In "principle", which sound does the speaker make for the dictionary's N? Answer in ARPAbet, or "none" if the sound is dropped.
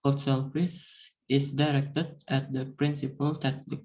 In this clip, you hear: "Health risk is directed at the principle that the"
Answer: N